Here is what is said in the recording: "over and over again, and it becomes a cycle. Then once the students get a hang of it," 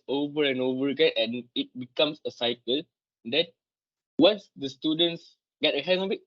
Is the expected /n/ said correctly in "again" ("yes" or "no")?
no